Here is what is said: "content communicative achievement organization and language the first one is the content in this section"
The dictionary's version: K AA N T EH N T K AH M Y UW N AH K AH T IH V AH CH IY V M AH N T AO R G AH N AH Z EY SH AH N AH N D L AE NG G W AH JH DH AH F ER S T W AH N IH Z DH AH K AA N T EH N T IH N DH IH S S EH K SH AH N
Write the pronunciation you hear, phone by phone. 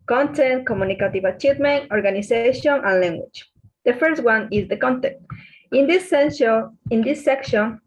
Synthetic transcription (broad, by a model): K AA N T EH N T K AH M Y UW N AH K AH T IH V AH CH IY V M AH N T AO R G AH N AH S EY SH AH N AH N L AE NG G W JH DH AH F ER S T W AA N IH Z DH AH K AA N T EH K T IH N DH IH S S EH K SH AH N